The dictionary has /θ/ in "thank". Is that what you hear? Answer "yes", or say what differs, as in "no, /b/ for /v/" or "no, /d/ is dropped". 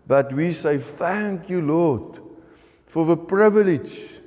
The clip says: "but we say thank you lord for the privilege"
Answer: yes